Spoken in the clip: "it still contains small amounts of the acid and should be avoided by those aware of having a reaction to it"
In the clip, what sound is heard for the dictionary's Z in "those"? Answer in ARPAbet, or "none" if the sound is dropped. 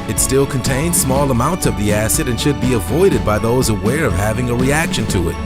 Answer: Z